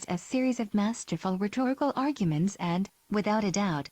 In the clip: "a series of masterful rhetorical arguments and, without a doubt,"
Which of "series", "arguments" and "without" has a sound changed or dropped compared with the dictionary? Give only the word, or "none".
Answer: none